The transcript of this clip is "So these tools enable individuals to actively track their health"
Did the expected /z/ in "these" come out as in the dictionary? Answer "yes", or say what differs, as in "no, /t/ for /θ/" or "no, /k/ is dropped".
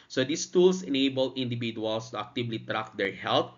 no, /s/ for /z/